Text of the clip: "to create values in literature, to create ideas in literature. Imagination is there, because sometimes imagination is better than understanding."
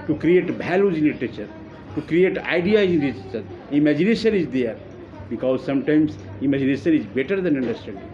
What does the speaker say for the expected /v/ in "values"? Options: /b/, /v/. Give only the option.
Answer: /b/